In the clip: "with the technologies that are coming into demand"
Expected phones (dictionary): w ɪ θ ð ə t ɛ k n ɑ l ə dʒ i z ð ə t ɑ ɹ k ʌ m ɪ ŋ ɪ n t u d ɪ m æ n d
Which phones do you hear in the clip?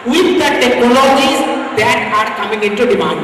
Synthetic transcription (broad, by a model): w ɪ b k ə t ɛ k ɑ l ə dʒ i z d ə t ɑ ɹ k ʌ m ɪ ŋ ɪ n t u d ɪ m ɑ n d